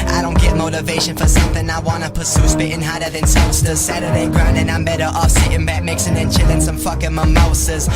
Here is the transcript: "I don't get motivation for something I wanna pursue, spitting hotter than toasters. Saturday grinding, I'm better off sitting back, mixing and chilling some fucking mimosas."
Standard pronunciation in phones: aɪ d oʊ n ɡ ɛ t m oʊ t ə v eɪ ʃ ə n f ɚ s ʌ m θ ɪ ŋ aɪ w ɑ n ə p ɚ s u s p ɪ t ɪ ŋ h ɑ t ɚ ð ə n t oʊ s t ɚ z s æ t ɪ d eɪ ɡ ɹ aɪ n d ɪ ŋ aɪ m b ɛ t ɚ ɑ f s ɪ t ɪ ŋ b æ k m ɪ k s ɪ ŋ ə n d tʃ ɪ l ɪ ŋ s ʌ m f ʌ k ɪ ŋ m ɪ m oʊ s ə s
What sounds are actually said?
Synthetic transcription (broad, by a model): aɪ d oʊ n ɡ ɛ t m oʊ t ə v eɪ ʃ ə n f ɚ s ʌ m θ ɪ ŋ aɪ w ɑ n ə p ɚ s u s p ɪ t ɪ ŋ h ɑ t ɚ ð ə n s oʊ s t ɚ s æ t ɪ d eɪ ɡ ɹ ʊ n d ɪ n aɪ m b ɛ t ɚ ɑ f s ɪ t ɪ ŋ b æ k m ɪ k s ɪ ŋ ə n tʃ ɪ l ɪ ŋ s ʌ m f ʌ k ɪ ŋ m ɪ m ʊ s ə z